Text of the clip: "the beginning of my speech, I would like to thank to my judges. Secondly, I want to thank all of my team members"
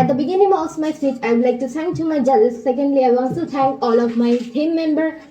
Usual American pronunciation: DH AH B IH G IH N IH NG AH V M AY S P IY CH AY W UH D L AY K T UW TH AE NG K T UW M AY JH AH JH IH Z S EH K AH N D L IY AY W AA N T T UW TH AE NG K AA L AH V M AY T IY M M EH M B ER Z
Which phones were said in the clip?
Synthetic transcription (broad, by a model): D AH B IH G IH N IH NG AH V M AY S IY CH AY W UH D L AY K T UW T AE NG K T UW M AY JH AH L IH S EH K AH N D L IY AY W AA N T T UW T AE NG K AA L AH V M AY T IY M M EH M B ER